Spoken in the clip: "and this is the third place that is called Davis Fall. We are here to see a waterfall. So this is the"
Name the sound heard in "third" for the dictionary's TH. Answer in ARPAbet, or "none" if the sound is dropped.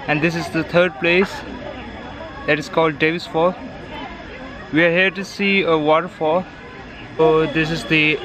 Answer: T